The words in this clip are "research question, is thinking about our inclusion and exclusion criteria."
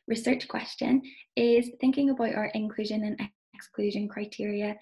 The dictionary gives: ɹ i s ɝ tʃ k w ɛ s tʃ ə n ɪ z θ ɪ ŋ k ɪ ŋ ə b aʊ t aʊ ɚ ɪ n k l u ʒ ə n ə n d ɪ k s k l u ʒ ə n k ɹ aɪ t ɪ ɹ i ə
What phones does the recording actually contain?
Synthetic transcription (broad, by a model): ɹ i s ɝ tʃ k w ɛ s tʃ ə n ɪ z θ ɪ ŋ k ɪ ŋ ə b aʊ t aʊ ɚ ɪ n k l u ʒ ə n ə n ɪ k s k l u ʒ ə n k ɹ aɪ t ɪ ɹ i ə